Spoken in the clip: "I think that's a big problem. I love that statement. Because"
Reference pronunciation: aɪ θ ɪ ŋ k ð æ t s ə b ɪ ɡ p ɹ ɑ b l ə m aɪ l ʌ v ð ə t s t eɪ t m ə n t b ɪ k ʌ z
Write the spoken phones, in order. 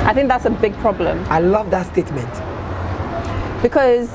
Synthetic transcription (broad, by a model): aɪ θ ɪ ŋ k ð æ t s ə b ɪ ɡ p ɹ ɑ b l ə m aɪ l ʌ v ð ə t s t eɪ t m ə n t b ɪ k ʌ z